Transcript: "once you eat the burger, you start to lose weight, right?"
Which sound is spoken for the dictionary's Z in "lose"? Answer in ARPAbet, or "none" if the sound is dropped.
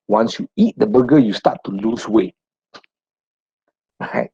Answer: S